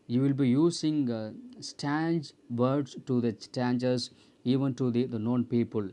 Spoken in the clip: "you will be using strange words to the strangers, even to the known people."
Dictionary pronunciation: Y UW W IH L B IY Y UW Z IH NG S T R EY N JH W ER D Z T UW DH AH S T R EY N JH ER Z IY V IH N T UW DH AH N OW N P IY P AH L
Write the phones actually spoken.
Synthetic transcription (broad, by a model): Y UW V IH L B IY Y UW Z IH NG S T EY N JH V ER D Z T UW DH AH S T EY N JH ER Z IY V IH N T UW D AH N OW N P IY P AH L